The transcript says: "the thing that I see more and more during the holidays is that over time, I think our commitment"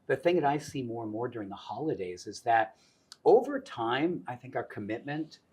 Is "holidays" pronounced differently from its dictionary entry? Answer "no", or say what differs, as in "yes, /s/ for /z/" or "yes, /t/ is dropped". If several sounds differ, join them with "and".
no